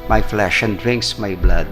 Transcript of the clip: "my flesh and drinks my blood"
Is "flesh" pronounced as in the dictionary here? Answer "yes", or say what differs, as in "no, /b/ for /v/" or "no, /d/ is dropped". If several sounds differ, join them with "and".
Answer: yes